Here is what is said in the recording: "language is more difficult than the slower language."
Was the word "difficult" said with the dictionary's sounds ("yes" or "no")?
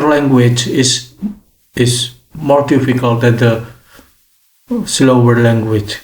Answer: yes